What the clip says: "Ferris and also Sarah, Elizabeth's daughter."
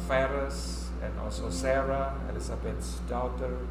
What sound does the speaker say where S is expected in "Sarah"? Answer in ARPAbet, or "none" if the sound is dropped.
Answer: S